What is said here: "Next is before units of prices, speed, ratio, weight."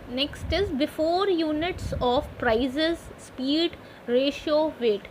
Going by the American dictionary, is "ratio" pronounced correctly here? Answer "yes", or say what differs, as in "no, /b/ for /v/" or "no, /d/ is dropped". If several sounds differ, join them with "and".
yes